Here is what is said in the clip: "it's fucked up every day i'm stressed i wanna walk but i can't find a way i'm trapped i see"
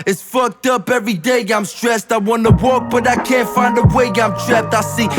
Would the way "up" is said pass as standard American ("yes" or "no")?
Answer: yes